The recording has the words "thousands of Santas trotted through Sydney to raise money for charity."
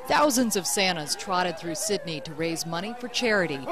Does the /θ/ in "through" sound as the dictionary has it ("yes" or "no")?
yes